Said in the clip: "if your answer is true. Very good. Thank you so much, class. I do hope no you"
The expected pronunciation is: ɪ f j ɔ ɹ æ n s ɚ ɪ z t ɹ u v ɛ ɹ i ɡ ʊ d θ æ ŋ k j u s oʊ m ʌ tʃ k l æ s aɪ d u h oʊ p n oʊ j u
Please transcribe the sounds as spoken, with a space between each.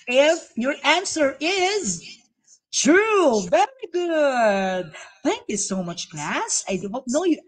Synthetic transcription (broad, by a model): ɪ f j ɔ ɹ æ n s ɚ ɪ z t ɹ u v ɛ ɹ i ɡ ʊ d θ æ ŋ k j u s oʊ m ʌ tʃ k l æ s aɪ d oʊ n oʊ j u